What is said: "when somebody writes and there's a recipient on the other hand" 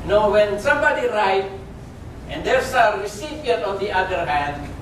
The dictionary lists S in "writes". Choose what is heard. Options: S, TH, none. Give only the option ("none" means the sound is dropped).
none